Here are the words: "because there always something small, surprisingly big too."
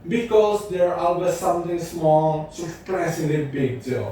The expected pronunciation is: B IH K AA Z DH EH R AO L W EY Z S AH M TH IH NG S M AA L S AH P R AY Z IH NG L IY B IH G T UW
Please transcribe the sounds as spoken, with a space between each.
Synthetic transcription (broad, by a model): B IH K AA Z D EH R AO L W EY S S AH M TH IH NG S M AA L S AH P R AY S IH L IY B IH G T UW